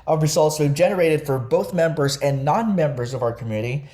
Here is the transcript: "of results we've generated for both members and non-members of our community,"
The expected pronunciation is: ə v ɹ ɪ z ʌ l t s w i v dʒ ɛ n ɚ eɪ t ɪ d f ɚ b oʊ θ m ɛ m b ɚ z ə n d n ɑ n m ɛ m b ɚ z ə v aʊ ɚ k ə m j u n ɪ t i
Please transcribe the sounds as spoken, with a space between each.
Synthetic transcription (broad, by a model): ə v ɹ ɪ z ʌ l t s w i dʒ ɛ n ɚ eɪ t ɪ d f ɚ b oʊ θ m ɛ m b ɚ z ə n n ɑ n m ɛ m b ɚ z ə v aʊ ɚ k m j u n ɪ t i